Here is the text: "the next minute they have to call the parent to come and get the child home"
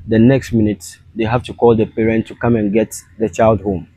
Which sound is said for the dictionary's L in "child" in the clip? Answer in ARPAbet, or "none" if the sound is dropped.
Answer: L